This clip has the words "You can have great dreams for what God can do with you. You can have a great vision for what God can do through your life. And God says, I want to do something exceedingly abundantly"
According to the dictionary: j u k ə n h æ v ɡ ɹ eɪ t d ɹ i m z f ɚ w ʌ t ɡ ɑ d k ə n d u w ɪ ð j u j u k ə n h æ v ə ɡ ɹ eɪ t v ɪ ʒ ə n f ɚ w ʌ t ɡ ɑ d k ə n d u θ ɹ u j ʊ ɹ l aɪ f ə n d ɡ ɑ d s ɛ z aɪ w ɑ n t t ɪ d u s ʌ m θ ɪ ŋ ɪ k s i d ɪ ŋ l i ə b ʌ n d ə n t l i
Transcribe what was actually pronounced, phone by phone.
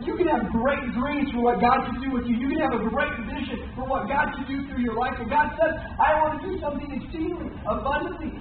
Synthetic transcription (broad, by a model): j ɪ k ə n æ v ɡ ɹ eɪ t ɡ ɹ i z f ɚ w ʌ t ɡ ɑ d k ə d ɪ w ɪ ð j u j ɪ k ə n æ v ə ɡ ɹ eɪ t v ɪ ʃ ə n f ɚ w ʌ t ɡ ɑ d k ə d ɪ θ ɹ u j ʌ ɹ l aɪ f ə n ɡ ɑ d s ɛ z aɪ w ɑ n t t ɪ d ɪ s ʌ m θ ɪ ŋ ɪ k s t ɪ l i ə b ʌ n d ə n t l i